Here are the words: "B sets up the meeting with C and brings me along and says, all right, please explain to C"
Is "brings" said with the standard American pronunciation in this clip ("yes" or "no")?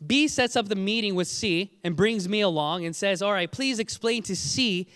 yes